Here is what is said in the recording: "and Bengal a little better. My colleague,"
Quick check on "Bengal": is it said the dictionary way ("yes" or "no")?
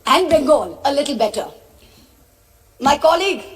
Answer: no